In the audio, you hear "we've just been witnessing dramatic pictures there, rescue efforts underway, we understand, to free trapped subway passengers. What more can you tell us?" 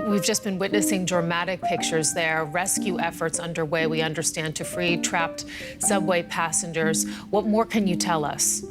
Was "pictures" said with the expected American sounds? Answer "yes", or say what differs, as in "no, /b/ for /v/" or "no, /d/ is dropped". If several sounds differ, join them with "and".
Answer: yes